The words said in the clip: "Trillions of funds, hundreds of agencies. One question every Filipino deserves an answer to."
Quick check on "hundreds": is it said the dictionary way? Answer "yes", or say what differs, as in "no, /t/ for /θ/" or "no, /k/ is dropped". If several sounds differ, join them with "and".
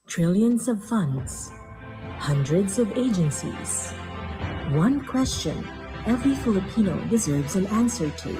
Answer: yes